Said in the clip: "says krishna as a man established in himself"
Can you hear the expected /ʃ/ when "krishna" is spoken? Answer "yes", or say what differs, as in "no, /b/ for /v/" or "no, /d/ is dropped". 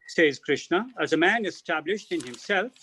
yes